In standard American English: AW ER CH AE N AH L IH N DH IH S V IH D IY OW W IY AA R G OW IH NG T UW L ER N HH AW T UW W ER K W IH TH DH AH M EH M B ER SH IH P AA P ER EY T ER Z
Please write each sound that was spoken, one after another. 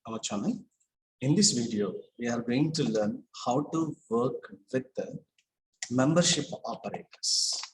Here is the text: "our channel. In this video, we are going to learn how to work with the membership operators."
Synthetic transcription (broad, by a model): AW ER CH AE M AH N IH N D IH S V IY D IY OW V IY AA R G OW IH NG T UW L ER N HH AW T UW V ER K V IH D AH M EH M B ER SH IH P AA P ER EY T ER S